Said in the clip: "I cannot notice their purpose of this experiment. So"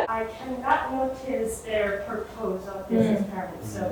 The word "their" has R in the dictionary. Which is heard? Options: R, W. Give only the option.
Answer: R